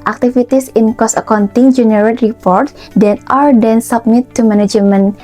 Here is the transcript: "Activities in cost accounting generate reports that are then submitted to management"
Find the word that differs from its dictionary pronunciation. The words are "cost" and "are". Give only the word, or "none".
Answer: cost